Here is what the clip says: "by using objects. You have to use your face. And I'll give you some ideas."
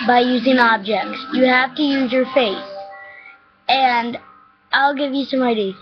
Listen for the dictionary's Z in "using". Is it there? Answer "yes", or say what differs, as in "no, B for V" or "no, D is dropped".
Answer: yes